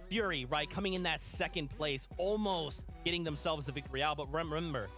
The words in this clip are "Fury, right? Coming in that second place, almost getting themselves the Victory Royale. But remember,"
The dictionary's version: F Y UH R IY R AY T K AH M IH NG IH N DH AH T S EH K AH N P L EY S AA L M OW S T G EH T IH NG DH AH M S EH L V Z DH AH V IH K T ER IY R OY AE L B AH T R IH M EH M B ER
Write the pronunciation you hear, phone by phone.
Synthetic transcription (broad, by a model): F Y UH R IY R AY T K AH M IH NG IH N DH AH T S EH K AH N P L EY S AA L M OW S T G EH T IH NG DH AH M S EH L V Z DH AH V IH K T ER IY R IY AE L B AH T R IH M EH M B ER